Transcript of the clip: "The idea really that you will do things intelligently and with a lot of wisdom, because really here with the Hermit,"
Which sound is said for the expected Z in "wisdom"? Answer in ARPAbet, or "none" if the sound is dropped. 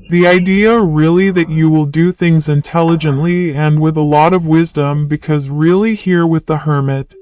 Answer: Z